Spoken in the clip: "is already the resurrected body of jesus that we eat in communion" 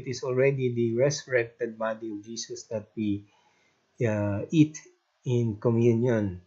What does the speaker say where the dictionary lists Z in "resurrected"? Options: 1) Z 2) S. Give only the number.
2